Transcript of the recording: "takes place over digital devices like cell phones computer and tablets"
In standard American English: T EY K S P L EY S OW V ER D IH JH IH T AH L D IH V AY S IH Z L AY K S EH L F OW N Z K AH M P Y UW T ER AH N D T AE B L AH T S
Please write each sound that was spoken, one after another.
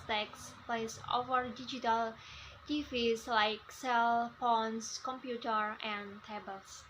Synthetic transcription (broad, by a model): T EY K S P L EY S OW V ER D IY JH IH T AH L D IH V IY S L AY K S EH L P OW N S K AH M P Y UW T ER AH N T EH B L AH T S